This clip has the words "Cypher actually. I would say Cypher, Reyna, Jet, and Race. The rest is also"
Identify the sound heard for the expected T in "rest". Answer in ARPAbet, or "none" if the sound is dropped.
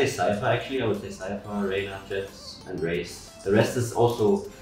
T